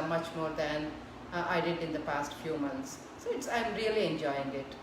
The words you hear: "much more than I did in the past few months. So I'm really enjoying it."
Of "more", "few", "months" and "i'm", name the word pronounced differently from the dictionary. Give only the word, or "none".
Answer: months